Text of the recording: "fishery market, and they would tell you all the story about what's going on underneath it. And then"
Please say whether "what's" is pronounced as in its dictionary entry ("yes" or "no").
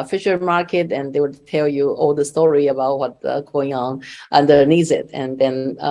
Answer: no